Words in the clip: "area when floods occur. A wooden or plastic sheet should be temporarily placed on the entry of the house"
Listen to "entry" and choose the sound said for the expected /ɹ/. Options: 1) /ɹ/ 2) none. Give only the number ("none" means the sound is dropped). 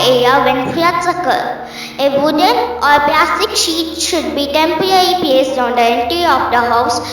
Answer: 2